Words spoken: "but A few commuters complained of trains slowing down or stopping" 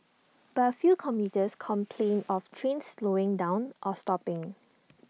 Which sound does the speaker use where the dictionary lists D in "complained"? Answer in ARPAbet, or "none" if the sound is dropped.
none